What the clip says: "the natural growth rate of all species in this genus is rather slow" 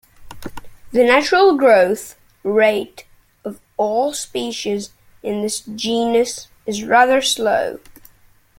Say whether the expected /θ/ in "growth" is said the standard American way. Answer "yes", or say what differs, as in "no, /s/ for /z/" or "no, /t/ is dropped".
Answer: yes